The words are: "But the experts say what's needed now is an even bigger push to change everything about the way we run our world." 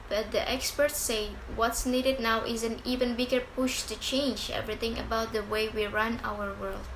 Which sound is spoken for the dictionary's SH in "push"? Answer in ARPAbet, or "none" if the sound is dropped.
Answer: SH